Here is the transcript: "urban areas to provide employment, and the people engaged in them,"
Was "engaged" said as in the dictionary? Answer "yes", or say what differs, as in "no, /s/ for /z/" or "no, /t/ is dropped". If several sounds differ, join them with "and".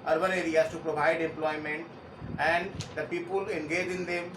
no, /d/ is dropped